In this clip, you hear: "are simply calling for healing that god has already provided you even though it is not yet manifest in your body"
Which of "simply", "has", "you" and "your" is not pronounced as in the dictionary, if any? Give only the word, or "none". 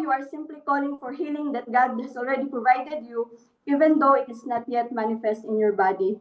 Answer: has